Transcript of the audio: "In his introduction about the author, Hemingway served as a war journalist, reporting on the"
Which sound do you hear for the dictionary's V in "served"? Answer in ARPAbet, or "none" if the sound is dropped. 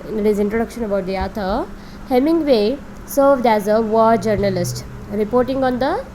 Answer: V